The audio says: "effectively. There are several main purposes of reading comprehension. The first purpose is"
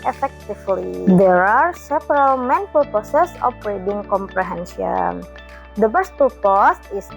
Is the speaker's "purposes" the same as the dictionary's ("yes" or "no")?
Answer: no